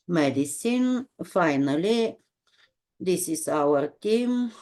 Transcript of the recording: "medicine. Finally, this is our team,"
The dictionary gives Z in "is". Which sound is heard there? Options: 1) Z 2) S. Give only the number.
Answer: 2